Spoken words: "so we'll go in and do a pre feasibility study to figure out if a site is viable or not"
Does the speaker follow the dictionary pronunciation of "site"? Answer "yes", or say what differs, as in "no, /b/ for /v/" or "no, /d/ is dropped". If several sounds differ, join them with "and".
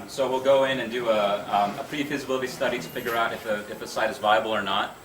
yes